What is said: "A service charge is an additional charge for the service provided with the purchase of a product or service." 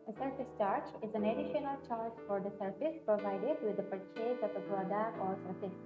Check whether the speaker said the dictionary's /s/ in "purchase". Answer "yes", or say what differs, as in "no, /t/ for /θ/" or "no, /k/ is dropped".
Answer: no, /s/ is dropped